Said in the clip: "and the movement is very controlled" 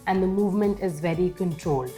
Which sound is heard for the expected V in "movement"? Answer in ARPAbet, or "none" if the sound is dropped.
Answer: V